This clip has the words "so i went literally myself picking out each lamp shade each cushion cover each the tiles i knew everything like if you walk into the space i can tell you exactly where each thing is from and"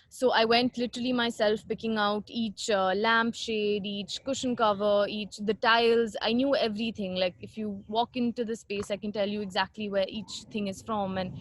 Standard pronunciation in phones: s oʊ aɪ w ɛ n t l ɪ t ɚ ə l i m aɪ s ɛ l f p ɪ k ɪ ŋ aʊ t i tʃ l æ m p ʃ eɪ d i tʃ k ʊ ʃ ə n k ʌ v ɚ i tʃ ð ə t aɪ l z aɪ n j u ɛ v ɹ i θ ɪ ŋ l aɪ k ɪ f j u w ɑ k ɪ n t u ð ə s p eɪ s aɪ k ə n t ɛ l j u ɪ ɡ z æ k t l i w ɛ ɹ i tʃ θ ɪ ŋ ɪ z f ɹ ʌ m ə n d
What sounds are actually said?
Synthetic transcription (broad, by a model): s oʊ aɪ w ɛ n t l ɪ t ɚ ə l i m aɪ s ɛ l f p ɪ k ɪ ŋ aʊ t i tʃ l æ m p ʃ eɪ d i tʃ k ʊ ʃ ə n k ʌ v ɚ i tʃ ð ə t aɪ l z aɪ n j u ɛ v ɹ i t ɪ ŋ l aɪ k ɪ f j u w ɑ k ɪ n t u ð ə s p eɪ s aɪ k ə n t ɛ l j u ɪ ɡ z æ k t l i w ɛ ɹ i tʃ t ɪ ŋ ɪ z f ɹ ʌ m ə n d